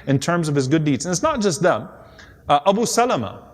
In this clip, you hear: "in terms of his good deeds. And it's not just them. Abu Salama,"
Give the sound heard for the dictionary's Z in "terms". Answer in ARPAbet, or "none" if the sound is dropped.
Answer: Z